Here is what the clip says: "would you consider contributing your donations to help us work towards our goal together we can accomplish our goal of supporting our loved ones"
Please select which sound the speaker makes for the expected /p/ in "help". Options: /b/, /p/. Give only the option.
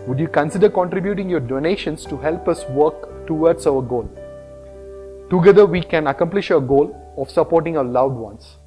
/p/